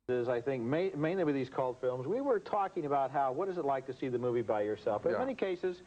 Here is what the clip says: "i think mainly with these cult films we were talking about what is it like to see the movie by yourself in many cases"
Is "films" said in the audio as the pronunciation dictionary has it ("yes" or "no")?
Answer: yes